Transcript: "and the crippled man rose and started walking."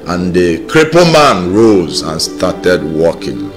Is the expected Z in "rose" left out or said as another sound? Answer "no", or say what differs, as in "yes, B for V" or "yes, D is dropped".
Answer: no